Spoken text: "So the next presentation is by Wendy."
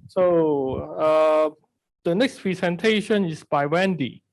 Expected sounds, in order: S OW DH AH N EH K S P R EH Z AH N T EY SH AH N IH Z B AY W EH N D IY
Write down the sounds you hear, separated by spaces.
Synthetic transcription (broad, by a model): S OW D AH N EH K S P R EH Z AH N T EY SH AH N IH S B AY W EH N D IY